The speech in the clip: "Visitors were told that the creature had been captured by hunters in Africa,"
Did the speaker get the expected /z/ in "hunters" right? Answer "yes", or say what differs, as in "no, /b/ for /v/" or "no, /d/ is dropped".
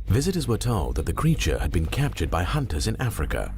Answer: yes